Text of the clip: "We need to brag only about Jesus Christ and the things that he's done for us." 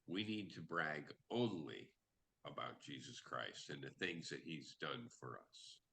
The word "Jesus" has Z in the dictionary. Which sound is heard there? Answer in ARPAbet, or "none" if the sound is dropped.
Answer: Z